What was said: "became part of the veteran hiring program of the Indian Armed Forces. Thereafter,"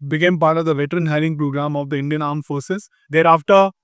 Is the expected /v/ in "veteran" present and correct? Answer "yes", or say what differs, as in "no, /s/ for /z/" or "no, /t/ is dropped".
yes